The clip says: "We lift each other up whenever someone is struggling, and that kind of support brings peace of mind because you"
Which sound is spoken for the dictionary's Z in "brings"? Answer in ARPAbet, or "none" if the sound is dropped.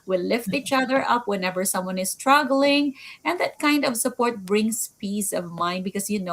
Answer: S